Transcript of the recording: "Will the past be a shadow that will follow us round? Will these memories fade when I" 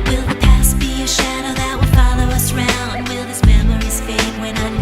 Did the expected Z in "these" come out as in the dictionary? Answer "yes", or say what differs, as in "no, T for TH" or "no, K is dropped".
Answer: no, S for Z